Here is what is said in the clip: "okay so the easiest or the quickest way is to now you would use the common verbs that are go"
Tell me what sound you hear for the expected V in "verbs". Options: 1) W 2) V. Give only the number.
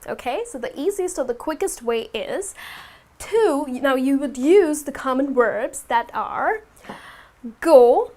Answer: 1